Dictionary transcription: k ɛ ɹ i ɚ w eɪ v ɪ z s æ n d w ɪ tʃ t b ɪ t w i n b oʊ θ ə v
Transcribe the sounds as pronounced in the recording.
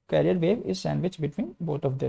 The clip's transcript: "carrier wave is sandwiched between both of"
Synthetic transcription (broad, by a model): k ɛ ɹ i ɚ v eɪ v ɪ z s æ n d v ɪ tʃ b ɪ t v i n b oʊ t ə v